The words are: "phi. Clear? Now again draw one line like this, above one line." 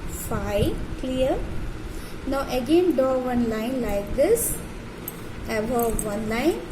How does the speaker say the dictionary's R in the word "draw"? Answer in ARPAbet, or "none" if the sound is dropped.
none